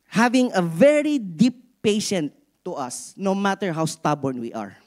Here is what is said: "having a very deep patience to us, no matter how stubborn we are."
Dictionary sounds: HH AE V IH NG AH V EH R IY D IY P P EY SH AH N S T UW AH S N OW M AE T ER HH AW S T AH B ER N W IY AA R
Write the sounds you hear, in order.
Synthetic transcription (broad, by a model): HH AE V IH NG AH V EH R IY D IY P P EY SH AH N T UW AH S N OW M AE T ER HH AW S T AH B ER N W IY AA R